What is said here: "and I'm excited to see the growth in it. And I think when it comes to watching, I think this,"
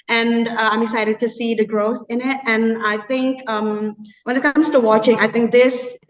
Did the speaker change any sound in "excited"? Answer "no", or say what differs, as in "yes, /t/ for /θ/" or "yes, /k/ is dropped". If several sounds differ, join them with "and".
yes, /k/ is dropped